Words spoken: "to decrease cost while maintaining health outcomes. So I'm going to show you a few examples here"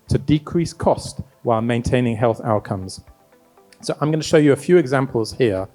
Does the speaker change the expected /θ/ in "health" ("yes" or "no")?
no